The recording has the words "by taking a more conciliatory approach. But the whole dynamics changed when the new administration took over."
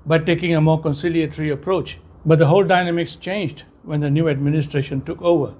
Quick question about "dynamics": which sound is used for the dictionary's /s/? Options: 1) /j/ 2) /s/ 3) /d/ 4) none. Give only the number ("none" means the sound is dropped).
2